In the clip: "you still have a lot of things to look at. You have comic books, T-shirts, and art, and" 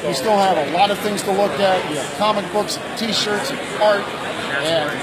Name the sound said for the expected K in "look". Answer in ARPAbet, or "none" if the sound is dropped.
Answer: K